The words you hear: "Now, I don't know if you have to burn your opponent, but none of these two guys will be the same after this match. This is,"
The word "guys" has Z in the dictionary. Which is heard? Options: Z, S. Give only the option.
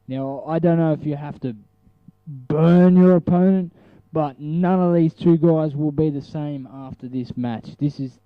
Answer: Z